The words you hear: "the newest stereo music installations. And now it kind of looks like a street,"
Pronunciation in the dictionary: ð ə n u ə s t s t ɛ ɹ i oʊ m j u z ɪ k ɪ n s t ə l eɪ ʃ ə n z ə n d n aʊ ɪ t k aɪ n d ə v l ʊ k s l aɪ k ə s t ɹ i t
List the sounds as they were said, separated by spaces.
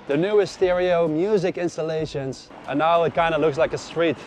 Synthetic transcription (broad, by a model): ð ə n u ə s s t ɛ ɹ i oʊ m j u z ɪ k ɪ n s t ə l eɪ ʃ ə n z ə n n aʊ ɪ t k aɪ n d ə l ʊ k s l aɪ k ə s t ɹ i t